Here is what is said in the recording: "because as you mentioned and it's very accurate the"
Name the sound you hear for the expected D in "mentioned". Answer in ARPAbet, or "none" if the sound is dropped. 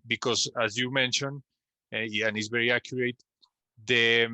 none